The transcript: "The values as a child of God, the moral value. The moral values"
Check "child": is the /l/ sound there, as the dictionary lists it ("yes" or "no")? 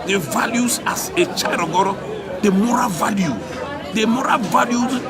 no